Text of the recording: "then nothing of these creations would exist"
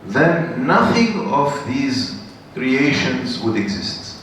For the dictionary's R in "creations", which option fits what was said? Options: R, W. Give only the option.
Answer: R